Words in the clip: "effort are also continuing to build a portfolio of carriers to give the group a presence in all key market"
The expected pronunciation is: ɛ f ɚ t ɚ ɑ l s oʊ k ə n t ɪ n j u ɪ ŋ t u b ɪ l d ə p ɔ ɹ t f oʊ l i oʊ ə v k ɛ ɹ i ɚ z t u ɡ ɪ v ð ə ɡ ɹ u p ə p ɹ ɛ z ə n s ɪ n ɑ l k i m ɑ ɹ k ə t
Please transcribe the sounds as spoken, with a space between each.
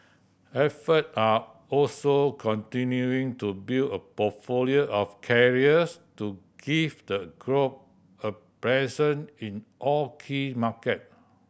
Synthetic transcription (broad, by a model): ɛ f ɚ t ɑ ɑ l s oʊ k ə n t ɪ n j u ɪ ŋ t u b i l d ə p ɔ t f oʊ l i oʊ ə f k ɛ ɹ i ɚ s t u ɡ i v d ə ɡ ɹ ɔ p ə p ɹ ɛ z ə n ɪ n ɑ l k i m ɑ k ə t